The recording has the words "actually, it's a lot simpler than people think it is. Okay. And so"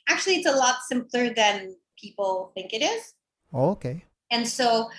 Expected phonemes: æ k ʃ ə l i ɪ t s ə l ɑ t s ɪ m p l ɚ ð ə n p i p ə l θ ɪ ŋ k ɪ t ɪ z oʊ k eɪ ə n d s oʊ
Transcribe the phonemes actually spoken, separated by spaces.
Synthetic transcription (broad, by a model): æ k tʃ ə l i ɪ t s ə l ɑ t s ɪ m p l ɚ ð ə n p i p l θ ɪ ŋ k ɪ t ɪ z oʊ k eɪ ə n s oʊ